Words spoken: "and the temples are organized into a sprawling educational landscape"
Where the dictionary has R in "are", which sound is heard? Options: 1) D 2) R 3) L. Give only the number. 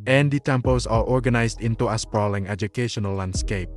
3